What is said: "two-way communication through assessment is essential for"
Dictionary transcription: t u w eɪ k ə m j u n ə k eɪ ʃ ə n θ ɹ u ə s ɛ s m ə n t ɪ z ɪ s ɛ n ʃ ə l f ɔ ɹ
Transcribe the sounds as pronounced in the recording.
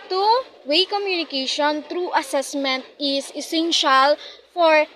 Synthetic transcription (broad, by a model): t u w eɪ k ə m j u n ə k eɪ ʃ ə n t ɹ u ə s ɛ s m ə n t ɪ s ɪ s ɛ n ʃ ə l f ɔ ɹ